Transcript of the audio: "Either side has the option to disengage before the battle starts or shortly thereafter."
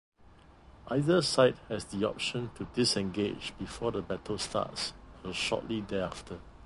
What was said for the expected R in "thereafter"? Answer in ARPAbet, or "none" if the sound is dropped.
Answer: none